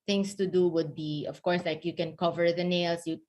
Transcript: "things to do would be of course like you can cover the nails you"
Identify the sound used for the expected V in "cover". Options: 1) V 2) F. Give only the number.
1